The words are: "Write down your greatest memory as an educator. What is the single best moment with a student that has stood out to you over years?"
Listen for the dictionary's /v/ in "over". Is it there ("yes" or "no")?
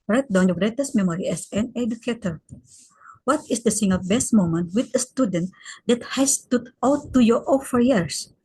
no